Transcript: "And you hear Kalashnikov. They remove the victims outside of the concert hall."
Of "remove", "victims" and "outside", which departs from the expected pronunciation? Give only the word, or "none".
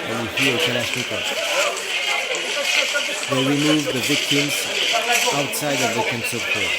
none